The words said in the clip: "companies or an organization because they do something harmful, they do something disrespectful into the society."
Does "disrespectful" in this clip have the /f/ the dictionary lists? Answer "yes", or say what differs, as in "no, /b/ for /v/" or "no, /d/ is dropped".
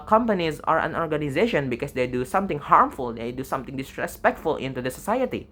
yes